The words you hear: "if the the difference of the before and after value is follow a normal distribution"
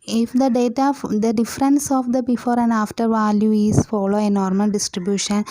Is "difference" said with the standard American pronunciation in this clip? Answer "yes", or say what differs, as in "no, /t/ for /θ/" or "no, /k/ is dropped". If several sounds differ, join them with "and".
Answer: yes